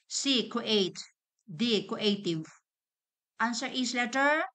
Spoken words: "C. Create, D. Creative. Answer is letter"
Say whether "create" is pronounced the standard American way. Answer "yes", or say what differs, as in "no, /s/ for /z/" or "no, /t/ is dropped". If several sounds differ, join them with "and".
no, /ɹ/ is dropped